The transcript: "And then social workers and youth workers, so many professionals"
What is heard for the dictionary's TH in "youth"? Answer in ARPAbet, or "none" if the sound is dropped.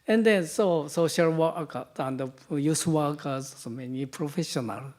S